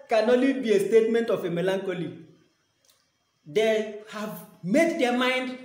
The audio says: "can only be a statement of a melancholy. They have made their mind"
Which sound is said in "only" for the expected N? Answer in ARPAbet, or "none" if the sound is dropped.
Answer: none